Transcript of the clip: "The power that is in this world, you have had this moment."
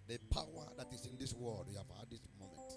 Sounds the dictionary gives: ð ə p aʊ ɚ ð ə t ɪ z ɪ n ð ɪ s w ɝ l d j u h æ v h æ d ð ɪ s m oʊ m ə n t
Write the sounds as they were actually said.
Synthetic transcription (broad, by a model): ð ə p aʊ ɚ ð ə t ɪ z ɪ n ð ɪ s w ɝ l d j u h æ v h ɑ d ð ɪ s m oʊ m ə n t